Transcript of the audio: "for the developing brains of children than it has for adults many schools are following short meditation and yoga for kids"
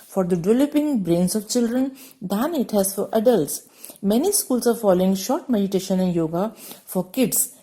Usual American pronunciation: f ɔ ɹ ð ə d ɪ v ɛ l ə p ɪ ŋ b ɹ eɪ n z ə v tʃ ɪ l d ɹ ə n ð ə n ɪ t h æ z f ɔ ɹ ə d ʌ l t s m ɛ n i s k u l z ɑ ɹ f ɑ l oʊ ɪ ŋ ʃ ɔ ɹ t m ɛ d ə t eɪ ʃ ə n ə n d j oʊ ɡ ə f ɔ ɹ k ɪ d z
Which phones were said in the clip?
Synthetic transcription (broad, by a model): f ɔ ɹ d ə d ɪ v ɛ l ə p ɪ ŋ b ɹ eɪ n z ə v tʃ ɪ l d ɹ ə n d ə n ɪ t h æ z f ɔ ɹ ə d ʌ l t s m ɛ n i s k u l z ɑ ɹ f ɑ l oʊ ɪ ŋ ʃ ɔ ɹ t m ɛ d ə t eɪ ʃ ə n ə n d j oʊ ɡ ə f ɔ ɹ k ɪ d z